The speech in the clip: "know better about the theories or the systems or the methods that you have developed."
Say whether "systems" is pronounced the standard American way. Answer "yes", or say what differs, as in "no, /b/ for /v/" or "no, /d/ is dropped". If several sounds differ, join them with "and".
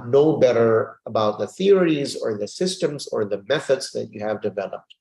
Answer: yes